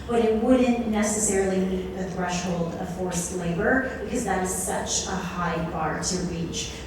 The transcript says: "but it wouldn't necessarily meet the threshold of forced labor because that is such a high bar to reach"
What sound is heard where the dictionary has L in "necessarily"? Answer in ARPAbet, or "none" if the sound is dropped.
N